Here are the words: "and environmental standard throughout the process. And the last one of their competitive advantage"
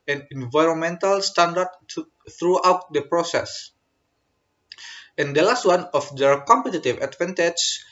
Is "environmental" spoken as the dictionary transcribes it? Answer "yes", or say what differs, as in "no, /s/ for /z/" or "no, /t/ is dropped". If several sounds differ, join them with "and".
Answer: yes